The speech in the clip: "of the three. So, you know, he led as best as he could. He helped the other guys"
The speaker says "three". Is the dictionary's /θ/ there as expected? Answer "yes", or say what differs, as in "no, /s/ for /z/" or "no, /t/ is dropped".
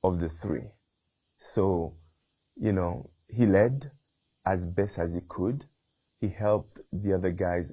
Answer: yes